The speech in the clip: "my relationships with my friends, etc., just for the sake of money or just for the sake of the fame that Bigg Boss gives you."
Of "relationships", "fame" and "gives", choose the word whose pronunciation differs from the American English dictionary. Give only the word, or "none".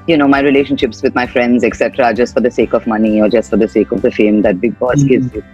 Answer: gives